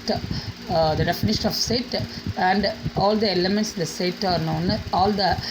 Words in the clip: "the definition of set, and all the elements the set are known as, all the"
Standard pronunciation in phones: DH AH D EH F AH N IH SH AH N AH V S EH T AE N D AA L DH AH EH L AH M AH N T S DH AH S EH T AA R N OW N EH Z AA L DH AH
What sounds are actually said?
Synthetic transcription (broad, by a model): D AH D EH F AH N IH SH AH N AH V S EH T AE N D AA L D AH EH L AH M AH N T S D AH S EH T AA R N OW N AA L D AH